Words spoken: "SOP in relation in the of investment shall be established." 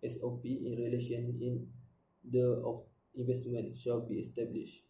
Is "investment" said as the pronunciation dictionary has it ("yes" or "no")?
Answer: yes